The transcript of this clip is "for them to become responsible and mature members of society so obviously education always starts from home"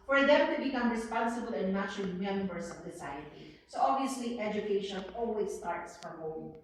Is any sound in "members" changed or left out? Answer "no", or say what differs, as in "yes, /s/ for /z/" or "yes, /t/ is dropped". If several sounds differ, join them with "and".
yes, /s/ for /z/